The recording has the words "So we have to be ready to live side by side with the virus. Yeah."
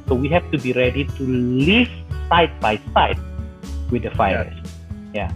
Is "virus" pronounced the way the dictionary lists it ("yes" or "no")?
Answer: no